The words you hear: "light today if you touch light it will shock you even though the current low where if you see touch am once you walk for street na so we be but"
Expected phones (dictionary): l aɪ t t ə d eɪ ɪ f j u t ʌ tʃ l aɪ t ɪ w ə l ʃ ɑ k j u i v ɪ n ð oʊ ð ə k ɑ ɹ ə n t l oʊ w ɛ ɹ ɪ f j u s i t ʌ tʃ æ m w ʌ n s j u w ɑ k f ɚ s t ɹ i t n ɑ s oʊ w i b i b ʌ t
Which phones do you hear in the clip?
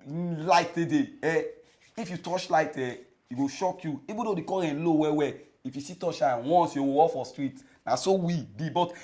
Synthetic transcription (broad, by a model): l aɪ t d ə d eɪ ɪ f j u t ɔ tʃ l aɪ t ɪ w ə ʃ ɑ k j u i b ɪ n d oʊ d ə k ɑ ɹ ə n l oʊ w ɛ w ɪ f j u s i t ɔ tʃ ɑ w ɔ n s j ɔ w ɑ k f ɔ s t ɹ i t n ɑ s oʊ w i b i b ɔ t